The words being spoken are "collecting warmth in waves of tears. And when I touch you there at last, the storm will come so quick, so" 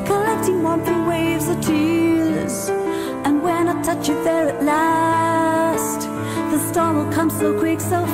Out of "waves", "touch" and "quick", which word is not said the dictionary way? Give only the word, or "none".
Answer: none